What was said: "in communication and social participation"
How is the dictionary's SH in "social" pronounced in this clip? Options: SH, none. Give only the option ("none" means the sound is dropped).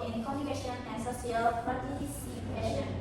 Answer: none